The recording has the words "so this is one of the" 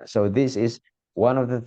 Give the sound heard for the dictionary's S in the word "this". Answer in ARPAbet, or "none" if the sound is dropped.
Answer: S